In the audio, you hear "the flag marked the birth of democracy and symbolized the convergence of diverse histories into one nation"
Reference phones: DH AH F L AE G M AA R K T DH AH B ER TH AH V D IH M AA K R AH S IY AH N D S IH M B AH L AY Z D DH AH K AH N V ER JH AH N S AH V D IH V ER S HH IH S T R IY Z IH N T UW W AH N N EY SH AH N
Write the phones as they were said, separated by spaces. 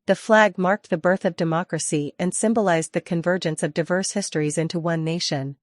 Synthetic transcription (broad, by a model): DH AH F L AE G M AA R K T DH AH B ER TH AH V D IH M AA K R AH S IY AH N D S IH M B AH L AY Z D DH AH K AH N V ER JH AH N S AH V D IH V ER S HH IH S T R IY Z IH N T UW W AH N N EY SH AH N